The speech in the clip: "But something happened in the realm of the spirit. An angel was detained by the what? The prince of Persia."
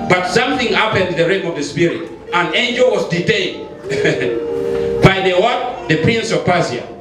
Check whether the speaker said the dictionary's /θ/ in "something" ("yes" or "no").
yes